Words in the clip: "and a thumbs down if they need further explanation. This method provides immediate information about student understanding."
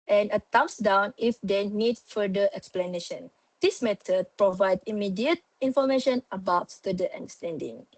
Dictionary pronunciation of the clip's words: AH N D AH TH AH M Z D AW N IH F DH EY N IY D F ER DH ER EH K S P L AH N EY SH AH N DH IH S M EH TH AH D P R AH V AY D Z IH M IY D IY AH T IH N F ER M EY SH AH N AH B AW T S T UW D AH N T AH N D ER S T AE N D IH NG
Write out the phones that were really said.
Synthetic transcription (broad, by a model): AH N AH T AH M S D AW N IH F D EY N IY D F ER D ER EH K S P L AH N EY SH AH N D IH S M EH T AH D P R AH V AY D IH M IY D IY AH T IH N F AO M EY SH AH N AH B AW T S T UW D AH T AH N D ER S T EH N D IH NG